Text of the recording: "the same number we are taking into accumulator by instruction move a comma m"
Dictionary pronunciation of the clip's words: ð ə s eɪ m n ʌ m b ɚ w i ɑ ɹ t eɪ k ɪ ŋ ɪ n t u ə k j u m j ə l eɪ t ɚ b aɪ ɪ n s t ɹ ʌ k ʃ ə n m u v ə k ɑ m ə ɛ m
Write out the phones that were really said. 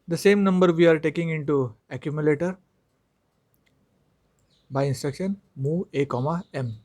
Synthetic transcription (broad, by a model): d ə s eɪ m n ʌ m b ɚ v i ɑ ɹ t eɪ k ɪ ŋ ɪ n t u ə k j u m j ə l eɪ t ɚ b aɪ ɪ n s t ɹ ʌ k ʃ ə n m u ə k ɑ m ə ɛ m